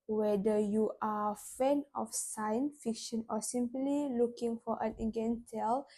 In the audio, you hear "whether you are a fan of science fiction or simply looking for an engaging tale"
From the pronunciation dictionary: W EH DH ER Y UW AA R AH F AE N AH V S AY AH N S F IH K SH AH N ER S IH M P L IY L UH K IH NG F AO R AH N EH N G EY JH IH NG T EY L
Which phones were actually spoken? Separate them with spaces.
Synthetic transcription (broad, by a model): W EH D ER Y UW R AH F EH N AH F S AY AH N S F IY K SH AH N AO S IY M P L IY L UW K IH NG F AO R AH N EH G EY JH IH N T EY L